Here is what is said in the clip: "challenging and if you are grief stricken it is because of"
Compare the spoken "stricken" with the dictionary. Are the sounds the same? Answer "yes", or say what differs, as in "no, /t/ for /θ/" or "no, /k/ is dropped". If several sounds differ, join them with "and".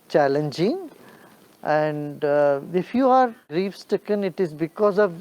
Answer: no, /ɹ/ is dropped